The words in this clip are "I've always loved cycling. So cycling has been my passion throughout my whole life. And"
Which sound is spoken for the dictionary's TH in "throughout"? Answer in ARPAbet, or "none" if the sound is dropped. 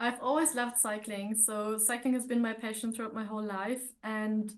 TH